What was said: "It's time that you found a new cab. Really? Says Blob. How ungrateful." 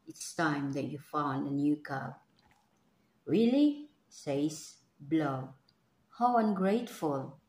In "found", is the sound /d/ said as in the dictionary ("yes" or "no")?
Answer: yes